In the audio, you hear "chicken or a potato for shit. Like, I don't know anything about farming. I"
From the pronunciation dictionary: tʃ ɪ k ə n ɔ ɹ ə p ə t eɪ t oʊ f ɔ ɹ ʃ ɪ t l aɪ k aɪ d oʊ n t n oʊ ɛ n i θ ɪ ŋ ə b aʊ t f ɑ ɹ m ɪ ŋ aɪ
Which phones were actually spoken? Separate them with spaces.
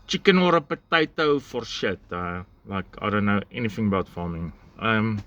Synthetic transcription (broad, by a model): tʃ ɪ k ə n ɔ ɹ ə p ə t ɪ t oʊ f ɔ ɹ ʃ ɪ t l aɪ k aɪ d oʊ n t n oʊ ɛ n i θ ɪ ŋ ə b aʊ t f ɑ m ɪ ŋ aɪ